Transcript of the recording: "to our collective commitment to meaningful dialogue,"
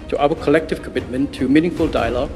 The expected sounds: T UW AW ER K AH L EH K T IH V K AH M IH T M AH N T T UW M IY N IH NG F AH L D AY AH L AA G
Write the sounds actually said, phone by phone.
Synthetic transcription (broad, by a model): T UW AW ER K AH L EH K T IH V K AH M IH T M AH N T T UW M IY N IH NG F AH L D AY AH L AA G